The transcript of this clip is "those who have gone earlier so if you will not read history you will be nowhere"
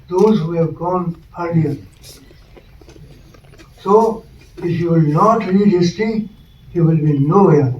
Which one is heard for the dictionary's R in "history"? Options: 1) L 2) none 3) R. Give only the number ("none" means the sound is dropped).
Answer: 2